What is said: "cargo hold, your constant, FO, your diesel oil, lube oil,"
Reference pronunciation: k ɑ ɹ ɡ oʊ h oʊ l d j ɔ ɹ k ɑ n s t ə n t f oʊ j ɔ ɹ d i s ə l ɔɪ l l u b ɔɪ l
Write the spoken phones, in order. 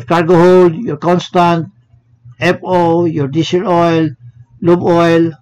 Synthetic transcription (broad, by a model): k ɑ ɹ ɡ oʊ h oʊ l d j ɔ ɹ k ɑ n s t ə n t p oʊ j ɔ ɹ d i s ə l ɔɪ l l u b ɔɪ l